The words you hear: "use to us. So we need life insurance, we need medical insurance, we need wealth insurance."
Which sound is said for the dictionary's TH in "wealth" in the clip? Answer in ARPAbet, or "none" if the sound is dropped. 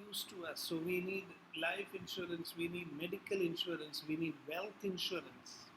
T